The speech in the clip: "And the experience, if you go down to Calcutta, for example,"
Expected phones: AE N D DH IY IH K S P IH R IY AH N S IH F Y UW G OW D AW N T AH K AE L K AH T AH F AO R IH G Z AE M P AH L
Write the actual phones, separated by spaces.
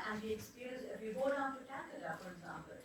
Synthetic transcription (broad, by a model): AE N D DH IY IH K S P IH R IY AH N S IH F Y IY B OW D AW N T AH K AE K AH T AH F AO R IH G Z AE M P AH L